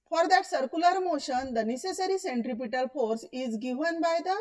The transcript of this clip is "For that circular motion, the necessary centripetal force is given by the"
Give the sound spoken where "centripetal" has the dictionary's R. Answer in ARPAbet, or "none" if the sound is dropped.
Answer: R